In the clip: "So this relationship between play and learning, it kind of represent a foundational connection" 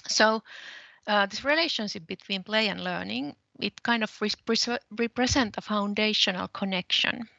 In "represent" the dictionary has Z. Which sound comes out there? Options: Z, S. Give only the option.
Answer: S